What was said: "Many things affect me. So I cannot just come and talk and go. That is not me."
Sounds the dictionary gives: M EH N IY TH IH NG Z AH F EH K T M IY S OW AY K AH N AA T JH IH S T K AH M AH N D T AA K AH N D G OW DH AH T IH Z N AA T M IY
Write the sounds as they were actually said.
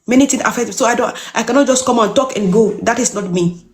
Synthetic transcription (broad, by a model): M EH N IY T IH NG AH F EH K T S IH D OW AY K AH N AA T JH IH S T K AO M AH N T AA K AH N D G OW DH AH T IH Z N AA T M IY